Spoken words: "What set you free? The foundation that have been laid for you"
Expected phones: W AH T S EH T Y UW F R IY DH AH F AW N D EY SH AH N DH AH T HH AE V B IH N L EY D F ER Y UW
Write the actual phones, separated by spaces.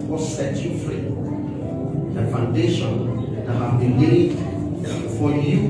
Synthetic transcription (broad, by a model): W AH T S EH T Y UW F R IY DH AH F AW N D EY SH AH N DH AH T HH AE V B IH N W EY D F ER Y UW